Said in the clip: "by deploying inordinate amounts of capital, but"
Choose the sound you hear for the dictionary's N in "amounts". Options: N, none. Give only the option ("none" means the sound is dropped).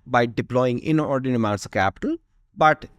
none